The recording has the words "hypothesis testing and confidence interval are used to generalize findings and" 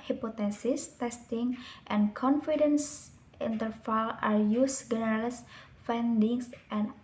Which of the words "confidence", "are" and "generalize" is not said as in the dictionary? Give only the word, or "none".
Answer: generalize